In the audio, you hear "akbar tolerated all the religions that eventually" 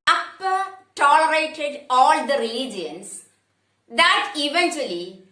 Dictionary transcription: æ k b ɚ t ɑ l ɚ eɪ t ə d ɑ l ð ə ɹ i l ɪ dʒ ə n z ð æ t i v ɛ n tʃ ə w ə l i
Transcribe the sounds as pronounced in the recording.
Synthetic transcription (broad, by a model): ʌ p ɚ t ɑ l ɚ eɪ t ə d ɑ l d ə ɹ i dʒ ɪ ə n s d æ t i v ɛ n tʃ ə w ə l i